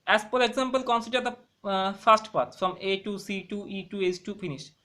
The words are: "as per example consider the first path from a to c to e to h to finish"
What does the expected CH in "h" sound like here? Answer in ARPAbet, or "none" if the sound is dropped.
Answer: S